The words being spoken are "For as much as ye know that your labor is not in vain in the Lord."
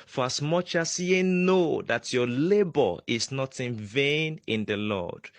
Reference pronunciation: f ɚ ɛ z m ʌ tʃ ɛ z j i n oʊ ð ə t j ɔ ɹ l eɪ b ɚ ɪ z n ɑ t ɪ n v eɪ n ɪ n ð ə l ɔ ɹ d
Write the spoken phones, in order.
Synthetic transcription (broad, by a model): f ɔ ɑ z m ʌ tʃ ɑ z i n oʊ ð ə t j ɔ l eɪ b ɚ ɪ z n ɑ t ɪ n v eɪ n ɪ n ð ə l ɔ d